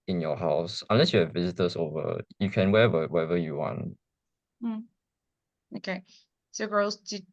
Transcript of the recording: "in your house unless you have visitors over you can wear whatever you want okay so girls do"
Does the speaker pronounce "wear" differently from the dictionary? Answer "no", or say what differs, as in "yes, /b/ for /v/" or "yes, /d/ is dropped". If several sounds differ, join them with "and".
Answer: yes, /w/ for /ɹ/